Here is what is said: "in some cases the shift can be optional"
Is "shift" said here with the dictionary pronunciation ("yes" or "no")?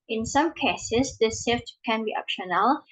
no